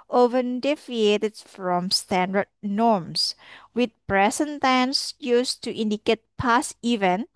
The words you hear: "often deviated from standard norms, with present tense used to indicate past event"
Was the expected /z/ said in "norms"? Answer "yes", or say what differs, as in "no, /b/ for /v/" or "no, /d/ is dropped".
no, /s/ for /z/